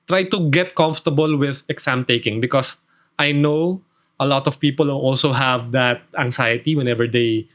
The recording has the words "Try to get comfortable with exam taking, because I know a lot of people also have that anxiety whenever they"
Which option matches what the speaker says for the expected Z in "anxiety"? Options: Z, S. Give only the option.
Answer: S